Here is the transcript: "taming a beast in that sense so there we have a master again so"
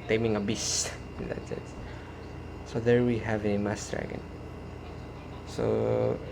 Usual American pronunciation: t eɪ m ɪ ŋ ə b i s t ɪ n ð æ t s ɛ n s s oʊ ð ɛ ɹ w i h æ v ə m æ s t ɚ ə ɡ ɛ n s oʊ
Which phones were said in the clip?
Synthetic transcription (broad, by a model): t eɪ m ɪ ŋ ə b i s ɪ n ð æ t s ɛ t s s oʊ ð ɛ ɹ w i h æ v ə m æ s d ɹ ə ɡ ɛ n s oʊ